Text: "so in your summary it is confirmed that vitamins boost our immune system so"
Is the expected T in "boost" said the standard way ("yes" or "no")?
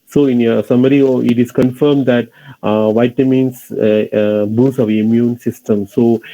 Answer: no